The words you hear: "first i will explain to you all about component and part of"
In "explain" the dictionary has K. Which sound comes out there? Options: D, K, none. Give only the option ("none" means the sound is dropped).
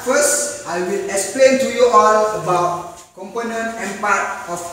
K